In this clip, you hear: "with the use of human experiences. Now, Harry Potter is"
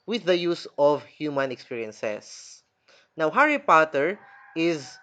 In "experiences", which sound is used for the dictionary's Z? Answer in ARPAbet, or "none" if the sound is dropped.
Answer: S